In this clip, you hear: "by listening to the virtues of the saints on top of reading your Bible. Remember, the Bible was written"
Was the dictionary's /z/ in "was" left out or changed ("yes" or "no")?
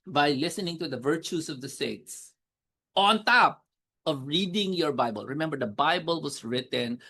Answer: yes